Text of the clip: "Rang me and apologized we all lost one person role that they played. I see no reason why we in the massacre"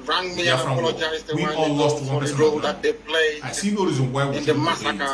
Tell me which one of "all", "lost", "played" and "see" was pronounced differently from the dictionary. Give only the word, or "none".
played